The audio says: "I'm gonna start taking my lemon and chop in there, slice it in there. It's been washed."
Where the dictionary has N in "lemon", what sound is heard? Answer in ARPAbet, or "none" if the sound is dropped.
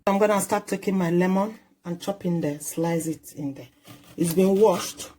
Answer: N